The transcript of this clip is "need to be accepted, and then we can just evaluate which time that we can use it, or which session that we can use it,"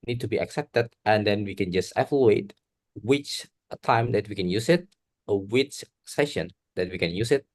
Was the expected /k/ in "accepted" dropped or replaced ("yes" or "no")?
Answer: no